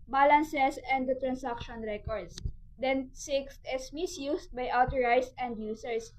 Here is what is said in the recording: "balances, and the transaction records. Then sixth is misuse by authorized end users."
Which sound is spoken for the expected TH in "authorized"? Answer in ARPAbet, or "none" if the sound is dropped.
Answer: T